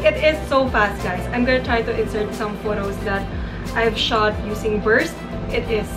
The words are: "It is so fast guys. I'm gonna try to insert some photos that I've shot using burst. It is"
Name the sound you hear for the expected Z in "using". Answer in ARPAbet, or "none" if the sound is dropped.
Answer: S